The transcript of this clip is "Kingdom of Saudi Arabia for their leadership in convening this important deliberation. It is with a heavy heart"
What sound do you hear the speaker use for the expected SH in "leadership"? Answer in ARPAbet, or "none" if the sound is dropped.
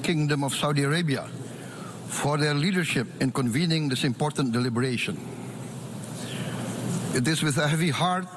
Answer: SH